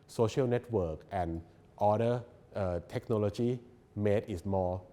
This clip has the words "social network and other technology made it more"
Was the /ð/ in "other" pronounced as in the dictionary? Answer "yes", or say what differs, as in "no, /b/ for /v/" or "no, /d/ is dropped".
no, /ð/ is dropped